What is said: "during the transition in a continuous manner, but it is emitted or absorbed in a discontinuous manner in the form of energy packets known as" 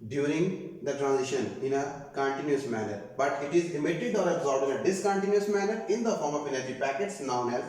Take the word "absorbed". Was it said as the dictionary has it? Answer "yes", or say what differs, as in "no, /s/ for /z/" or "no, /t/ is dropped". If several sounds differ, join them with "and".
no, /d/ is dropped